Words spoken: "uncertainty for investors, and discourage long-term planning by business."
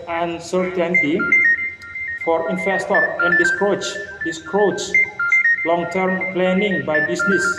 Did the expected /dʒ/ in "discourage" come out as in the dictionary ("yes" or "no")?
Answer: no